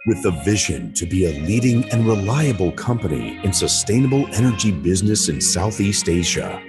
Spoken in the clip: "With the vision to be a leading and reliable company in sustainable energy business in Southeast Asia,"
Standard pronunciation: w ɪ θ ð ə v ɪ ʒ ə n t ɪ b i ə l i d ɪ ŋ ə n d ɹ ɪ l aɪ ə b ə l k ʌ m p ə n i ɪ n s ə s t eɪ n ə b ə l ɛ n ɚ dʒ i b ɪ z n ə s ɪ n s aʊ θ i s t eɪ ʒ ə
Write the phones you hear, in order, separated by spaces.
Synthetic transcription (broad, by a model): w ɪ ð ə v ɪ ʒ ə n t ɪ b i ə l i d ɪ ŋ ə n ɹ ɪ l aɪ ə b l k ʌ m p ə n i ɪ n s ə s t eɪ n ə b l ɛ n ɚ dʒ i b ɪ z n ə s ɪ n s aʊ θ i s t eɪ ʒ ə